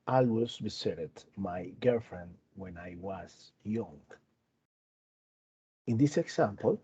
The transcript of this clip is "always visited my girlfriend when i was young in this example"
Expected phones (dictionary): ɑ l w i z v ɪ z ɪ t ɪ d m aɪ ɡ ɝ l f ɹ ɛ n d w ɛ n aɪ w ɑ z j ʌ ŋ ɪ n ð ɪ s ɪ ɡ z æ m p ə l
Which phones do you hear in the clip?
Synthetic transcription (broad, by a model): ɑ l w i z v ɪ s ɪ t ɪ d m aɪ ɡ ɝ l f ɹ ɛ n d w ɛ n aɪ w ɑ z j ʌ ŋ ɪ n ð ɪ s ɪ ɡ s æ m p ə l